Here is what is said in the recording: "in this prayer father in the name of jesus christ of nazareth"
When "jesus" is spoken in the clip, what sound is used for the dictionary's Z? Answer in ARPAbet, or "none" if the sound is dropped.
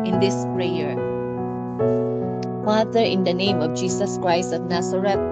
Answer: S